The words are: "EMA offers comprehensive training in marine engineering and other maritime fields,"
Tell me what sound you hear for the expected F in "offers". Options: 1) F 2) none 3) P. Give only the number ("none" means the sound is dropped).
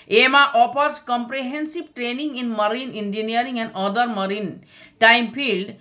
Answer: 3